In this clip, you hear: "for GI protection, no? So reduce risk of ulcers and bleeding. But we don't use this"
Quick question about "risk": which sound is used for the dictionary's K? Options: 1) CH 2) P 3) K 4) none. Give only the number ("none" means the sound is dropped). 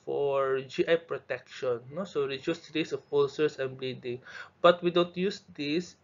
4